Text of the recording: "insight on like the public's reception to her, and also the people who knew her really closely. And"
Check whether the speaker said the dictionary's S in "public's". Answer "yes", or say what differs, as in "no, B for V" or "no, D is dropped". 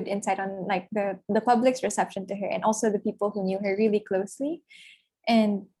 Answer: yes